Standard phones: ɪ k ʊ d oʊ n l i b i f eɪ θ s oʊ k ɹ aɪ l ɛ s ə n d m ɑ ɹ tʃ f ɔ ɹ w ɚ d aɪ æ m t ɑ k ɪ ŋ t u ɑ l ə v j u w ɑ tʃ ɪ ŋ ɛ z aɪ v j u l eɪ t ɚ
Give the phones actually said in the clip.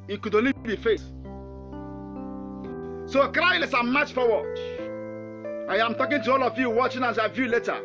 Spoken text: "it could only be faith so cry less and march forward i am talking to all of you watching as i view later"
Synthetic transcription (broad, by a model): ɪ k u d oʊ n l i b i f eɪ s s oʊ k ɹ aɪ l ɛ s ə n m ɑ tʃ f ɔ w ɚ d aɪ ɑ m t ɑ k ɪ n t u ɑ l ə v j u w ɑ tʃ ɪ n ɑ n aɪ v j u l eɪ t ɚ